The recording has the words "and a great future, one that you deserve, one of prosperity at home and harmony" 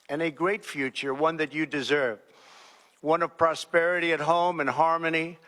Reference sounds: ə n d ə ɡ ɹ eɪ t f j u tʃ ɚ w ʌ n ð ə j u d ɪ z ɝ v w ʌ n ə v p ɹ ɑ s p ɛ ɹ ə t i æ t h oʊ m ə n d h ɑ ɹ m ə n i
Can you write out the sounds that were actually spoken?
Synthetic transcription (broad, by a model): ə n ə ɡ ɹ eɪ t f j u tʃ ɚ w ʌ n ð ə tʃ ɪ d ɪ z ɝ v w ʌ n ə v p ɹ ɑ s p ɛ ɹ ə t i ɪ t h oʊ m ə n h ɑ ɹ m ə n i